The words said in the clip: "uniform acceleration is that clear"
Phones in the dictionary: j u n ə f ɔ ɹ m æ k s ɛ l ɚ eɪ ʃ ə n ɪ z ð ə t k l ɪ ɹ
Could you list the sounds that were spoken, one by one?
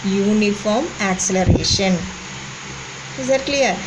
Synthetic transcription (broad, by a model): j u n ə f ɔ ɹ m æ k s ɛ l ɚ eɪ ʃ ə n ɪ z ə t k l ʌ ɹ